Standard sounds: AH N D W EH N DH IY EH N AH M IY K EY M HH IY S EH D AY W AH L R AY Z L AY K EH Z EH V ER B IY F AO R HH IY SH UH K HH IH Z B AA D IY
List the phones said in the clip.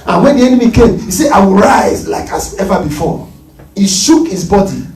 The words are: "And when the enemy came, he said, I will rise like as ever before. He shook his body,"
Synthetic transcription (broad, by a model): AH N W EH N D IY EH N AH M IY K EY M HH IY S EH AY W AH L R AY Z L AY K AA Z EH V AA B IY F AO HH IY SH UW K HH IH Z B AA D IY